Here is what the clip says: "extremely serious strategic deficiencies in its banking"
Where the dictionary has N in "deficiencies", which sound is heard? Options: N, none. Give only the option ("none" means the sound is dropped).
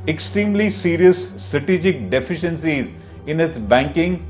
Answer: N